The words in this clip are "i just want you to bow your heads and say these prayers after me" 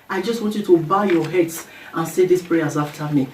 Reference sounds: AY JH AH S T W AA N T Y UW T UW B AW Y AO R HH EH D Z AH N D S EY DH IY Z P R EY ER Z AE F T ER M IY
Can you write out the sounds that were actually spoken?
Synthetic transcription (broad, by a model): AY JH AH S T W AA N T Y UW T UW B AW Y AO HH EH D S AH N S EY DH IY S P R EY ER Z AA F T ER M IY